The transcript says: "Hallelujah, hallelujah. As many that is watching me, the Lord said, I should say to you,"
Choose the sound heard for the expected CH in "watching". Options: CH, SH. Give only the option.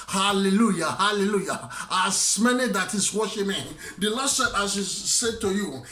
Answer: SH